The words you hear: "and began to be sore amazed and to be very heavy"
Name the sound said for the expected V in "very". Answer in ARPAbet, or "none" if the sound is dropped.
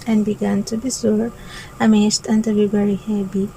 B